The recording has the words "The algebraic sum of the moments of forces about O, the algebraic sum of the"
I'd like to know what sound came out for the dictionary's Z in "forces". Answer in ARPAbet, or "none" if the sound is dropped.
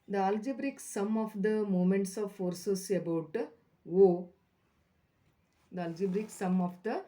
S